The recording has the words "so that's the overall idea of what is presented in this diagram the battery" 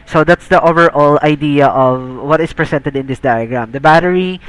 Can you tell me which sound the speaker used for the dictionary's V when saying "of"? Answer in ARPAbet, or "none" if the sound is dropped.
V